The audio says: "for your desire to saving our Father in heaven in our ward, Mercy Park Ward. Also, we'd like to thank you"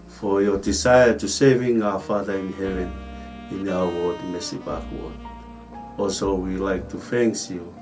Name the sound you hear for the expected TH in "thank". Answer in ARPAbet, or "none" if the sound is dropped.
F